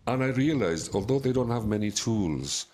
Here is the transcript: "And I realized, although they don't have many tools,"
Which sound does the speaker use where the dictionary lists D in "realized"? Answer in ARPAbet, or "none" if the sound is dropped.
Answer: D